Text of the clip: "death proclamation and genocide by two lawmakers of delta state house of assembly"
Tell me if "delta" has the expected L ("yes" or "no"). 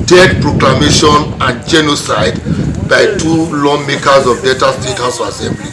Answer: no